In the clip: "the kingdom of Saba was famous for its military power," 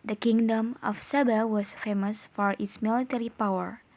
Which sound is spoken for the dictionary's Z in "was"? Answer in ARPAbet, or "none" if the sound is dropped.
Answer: S